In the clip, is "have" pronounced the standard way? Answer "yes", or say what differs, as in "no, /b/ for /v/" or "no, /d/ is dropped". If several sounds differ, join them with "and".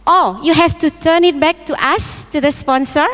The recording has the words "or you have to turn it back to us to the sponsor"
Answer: no, /f/ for /v/